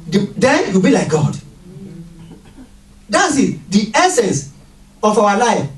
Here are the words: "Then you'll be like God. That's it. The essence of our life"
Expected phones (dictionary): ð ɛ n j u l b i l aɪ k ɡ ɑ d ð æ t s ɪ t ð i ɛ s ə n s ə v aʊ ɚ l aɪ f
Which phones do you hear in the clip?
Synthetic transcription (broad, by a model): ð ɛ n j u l b i l aɪ k ɡ ɑ d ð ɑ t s ɪ t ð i ɛ s ə n s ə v aʊ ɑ l aɪ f